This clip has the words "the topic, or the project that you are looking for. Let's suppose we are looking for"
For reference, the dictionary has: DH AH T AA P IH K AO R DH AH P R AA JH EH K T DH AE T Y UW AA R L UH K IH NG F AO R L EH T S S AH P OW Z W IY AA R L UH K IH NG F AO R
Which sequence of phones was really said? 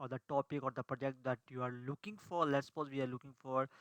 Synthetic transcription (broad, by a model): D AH T AA P IH K AO R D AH P R AA JH EH K T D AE T Y UW AA R L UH K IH NG F AO R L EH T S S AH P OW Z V IY AA R L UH K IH NG F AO R